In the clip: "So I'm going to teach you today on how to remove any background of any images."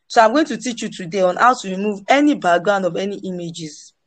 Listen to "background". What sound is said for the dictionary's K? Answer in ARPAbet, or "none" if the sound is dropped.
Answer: none